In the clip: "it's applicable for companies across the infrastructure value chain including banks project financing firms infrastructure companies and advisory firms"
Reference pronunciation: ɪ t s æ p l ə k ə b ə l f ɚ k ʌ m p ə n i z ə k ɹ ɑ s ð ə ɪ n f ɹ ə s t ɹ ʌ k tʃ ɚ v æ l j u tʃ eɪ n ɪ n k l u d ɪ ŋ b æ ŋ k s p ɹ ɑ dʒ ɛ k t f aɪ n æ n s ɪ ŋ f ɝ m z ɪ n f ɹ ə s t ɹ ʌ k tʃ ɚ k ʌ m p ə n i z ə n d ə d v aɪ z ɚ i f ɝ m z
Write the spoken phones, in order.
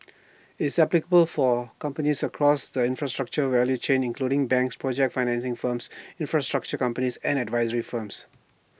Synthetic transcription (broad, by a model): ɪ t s æ p l ə k ə b ə l f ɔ k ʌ m p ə n i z ə k ɹ ɑ s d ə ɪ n f ɹ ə s t ɹ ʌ k tʃ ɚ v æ l j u tʃ eɪ n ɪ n k l u d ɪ ŋ b æ ŋ k s p ɹ ɑ dʒ ɛ k t f aɪ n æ n s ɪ ŋ f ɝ m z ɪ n f ɹ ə s t ɹ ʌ k tʃ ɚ k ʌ m p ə n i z ə n d ə d v aɪ z ɚ i f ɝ m s